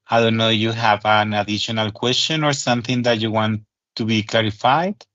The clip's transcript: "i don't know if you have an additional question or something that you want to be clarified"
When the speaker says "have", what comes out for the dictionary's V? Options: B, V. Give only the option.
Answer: V